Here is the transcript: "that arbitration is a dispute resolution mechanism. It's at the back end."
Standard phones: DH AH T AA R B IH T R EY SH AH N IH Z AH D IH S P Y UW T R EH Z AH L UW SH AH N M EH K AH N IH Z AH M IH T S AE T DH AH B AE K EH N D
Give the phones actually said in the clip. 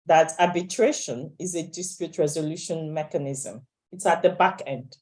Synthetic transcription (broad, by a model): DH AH T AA B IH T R EY SH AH N IH Z AH D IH S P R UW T R EH Z AH L UW SH AH N M EH K AH N IH Z AH M IH T S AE T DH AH B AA K EH N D